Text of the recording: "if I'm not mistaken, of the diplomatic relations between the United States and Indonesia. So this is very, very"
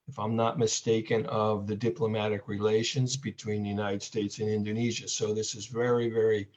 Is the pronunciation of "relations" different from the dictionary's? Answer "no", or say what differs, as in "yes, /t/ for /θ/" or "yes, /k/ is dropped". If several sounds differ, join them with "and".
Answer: no